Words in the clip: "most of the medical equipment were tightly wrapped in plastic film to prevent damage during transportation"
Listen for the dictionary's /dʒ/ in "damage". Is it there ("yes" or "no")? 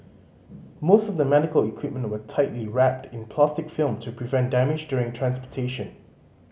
yes